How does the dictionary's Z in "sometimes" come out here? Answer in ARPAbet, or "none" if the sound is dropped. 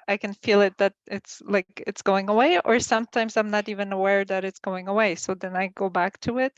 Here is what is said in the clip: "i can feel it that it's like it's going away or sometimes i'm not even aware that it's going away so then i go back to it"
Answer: Z